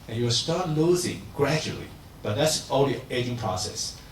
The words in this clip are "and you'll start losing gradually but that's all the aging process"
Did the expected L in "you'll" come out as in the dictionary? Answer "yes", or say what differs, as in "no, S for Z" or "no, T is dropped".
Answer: no, W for L